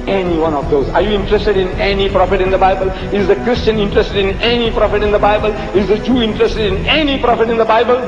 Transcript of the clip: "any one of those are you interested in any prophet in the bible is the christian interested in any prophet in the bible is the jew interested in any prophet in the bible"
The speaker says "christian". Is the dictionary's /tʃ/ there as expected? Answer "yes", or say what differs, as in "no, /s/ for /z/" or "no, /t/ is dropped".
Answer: yes